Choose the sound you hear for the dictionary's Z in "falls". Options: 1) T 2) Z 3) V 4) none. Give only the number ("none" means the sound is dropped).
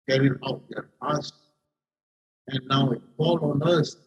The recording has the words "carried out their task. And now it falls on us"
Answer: 4